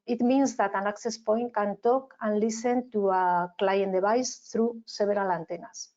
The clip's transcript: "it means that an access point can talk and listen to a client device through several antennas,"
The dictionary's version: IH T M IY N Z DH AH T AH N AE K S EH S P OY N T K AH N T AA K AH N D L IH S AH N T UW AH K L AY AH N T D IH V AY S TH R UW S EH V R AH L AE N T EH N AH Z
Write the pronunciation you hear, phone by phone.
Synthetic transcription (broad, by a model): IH T M IY N Z DH AH T AH N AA K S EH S P OY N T K AH N T AA K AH N L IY S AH N T UW AH K L AY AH N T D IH B AY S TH R UW S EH B R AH L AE N T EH N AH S